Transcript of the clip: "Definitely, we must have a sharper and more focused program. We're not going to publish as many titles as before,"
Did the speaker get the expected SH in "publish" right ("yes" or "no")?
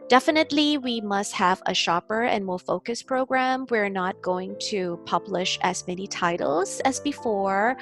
yes